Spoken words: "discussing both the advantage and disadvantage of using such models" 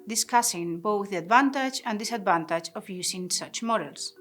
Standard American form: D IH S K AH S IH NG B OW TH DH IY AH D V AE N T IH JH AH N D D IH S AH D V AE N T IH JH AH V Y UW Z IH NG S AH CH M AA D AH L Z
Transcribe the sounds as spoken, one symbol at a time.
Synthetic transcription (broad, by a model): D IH S K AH S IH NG B OW TH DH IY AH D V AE N T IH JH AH N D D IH S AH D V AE N T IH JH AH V Y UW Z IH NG S AH CH M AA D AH L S